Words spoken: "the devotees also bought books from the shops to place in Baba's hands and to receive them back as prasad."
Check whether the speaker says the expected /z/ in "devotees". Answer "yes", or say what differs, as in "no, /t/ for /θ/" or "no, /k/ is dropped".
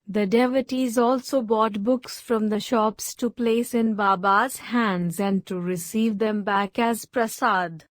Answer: yes